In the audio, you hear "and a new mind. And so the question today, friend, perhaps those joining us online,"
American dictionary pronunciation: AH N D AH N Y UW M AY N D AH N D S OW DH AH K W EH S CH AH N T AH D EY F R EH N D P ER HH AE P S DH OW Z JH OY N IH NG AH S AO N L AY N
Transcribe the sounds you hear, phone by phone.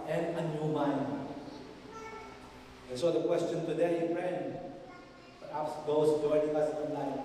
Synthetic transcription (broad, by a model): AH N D AH N Y UW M AY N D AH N S OW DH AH K W EH S CH AH N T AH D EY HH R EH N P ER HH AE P S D OW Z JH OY IH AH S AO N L AY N